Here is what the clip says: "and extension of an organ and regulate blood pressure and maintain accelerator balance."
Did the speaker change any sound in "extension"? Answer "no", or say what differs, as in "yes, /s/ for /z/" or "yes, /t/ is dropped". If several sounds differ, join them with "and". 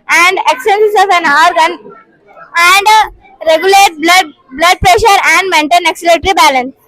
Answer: yes, /s/ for /ʃ/